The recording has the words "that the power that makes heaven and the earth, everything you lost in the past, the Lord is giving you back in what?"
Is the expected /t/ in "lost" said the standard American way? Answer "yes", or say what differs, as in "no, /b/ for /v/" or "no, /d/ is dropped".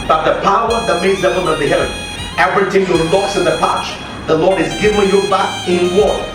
no, /t/ is dropped